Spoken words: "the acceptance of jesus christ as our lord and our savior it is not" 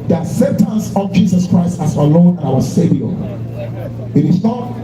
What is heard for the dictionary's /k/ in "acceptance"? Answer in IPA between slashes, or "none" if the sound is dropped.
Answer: none